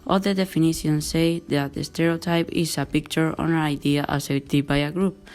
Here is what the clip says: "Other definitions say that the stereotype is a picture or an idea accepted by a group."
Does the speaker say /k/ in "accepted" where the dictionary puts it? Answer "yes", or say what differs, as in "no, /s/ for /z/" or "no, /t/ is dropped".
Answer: no, /k/ is dropped